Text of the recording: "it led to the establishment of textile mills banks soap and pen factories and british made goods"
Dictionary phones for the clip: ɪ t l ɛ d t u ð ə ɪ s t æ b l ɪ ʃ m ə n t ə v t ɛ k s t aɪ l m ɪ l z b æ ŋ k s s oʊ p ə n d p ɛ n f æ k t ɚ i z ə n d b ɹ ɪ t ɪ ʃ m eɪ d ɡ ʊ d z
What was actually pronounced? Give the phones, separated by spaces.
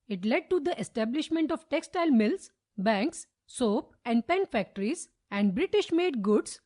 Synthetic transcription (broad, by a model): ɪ t l ɛ d t u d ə ɪ s t æ b l ɪ ʃ m ə n t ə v t ɛ k s t aɪ l m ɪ l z b æ ŋ k s s oʊ p ə n d p ɛ n f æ k t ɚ i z ə n d b ɹ ɪ t ɪ ʃ m eɪ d ɡ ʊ d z